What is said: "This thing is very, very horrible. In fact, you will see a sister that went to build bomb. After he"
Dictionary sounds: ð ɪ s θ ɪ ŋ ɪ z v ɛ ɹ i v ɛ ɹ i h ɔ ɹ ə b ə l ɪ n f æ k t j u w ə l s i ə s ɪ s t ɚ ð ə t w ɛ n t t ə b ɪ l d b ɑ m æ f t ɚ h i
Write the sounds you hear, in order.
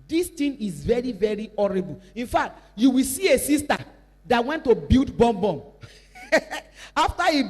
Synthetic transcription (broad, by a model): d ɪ s t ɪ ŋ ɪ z v ɛ ɹ i v ɛ ɹ i ɔ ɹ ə b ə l ɪ n f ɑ k t j u w ə l s i ə s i s t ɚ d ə t w ɛ n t t ə b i l d b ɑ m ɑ f t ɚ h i